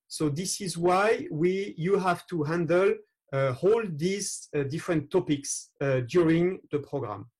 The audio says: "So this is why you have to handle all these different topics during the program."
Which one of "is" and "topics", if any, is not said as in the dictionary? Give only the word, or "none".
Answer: none